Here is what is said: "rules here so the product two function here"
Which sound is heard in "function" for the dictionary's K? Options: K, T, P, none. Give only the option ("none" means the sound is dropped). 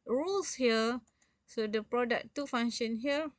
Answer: none